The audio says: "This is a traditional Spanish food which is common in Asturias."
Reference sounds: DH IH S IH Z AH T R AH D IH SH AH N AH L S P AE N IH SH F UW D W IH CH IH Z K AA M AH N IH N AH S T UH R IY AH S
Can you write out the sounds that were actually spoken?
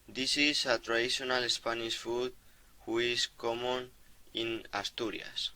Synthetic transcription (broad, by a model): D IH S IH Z AH T R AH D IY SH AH N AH L S P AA N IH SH F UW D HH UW IH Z K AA M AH N IH N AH S T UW R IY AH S